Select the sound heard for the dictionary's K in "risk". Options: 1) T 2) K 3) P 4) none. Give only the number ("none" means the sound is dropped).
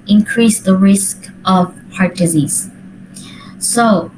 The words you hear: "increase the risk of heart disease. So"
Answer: 2